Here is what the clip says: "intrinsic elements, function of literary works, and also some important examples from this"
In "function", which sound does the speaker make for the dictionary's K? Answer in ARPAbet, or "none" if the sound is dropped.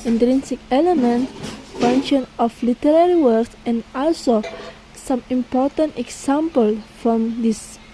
none